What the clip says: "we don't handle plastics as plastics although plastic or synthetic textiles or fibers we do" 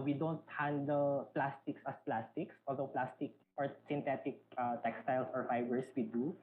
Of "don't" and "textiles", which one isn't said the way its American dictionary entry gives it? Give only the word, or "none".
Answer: textiles